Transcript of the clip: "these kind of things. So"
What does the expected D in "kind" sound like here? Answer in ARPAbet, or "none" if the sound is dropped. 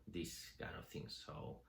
none